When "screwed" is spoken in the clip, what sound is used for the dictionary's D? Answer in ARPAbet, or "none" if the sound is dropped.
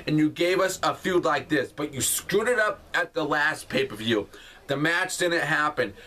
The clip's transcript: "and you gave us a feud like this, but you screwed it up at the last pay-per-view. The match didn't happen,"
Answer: D